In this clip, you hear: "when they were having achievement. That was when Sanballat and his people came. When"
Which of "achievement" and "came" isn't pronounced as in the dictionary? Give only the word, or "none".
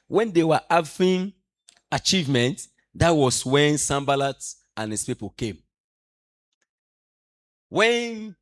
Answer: none